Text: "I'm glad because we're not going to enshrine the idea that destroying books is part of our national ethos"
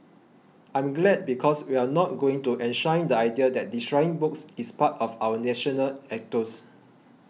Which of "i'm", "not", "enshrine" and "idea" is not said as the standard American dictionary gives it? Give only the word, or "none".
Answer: enshrine